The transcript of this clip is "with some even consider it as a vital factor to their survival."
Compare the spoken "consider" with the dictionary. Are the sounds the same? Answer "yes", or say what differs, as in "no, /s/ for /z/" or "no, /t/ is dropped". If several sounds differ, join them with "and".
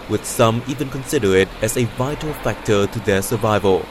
yes